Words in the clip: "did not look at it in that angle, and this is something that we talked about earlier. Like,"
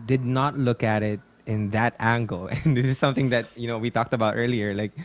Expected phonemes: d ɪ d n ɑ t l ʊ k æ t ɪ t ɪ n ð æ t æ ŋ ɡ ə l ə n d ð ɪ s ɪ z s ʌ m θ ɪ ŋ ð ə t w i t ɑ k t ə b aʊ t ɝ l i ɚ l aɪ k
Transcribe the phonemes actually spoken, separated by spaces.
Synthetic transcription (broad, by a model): d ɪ d n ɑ t l ʊ k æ t ɪ t ɪ n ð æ t æ ŋ ɡ ə l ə n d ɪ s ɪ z s ʌ m θ ɪ ŋ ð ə t w i t ɑ k t ə b aʊ t ɝ l i ɚ l aɪ k